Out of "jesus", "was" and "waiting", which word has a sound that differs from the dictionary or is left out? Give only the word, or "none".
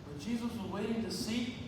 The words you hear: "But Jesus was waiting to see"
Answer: none